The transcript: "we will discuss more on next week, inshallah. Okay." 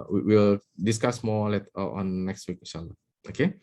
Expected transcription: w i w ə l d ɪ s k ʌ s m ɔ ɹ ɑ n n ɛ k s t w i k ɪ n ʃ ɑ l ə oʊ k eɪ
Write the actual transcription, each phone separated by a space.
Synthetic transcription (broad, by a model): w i w ə l d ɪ s k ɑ s m ɔ l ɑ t n ɛ k s t w i k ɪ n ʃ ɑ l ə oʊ k eɪ